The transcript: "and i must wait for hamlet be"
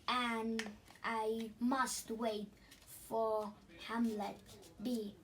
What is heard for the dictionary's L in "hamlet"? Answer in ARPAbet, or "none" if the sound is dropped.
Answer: L